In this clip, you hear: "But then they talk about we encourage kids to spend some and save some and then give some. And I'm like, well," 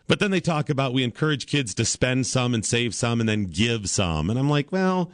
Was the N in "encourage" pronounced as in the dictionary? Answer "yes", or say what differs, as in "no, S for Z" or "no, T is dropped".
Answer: yes